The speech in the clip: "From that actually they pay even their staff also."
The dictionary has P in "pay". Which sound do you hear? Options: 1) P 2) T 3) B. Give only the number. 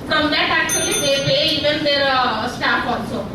3